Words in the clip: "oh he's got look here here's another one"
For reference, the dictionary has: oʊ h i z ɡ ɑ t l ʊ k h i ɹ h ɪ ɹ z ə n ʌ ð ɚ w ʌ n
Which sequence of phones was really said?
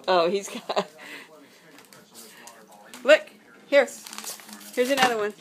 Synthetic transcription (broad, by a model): oʊ h i z ɡ ɑ t l ʊ k h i ɹ h ɪ ɹ z ə n ʌ ð ɚ w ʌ n